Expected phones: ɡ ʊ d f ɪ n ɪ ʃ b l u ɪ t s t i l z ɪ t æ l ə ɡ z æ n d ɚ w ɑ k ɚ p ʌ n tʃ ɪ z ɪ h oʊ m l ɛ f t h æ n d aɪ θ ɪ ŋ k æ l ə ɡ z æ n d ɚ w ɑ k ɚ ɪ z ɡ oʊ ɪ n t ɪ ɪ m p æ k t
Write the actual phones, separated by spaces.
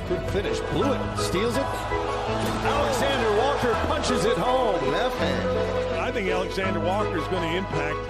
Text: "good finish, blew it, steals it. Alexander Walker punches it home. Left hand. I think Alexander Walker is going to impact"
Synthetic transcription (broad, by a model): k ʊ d f ɪ n ɪ ʃ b l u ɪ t s t i l z ɪ t æ l ə ɡ z æ n d ɚ w ɑ k ɚ p ʌ n tʃ ɪ z ɪ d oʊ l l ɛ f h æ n aɪ θ ɪ ŋ k æ l ə ɡ z æ n d ɚ w ɑ k ɚ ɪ z ɡ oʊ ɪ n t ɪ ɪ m p æ k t